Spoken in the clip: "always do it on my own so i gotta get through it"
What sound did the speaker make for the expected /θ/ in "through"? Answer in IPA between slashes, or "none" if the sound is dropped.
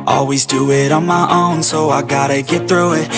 /θ/